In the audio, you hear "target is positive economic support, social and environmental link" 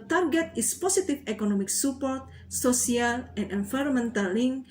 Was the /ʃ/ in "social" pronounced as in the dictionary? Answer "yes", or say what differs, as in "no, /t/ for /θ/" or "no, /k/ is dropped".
no, /s/ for /ʃ/